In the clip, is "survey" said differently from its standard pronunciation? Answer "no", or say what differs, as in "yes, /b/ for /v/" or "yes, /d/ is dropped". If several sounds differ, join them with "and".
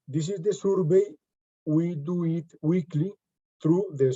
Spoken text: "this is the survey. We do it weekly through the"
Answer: yes, /b/ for /v/